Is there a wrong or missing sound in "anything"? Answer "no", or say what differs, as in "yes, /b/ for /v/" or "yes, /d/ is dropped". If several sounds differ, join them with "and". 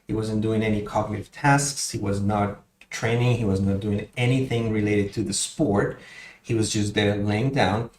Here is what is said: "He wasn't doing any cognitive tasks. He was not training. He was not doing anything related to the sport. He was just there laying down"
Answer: no